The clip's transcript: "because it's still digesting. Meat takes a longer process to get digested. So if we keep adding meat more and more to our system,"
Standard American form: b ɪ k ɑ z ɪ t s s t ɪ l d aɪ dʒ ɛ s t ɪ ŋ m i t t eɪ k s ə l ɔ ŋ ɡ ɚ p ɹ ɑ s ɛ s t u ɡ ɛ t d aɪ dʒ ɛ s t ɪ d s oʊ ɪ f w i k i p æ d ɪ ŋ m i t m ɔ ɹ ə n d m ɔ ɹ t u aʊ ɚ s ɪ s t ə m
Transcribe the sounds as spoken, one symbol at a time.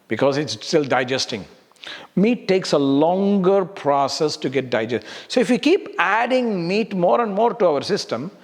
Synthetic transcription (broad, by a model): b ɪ k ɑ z ɪ t s s t ɪ l d aɪ dʒ ɛ s t ɪ ŋ m i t t eɪ k s ə l ɔ ŋ ɡ ɚ p ɹ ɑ s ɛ s t u ɡ ɛ t d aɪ dʒ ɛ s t s oʊ ɪ f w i k i p æ d ɪ ŋ m i t m ɔ ɹ ə n d m ɔ ɹ t u aʊ ɚ s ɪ s t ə m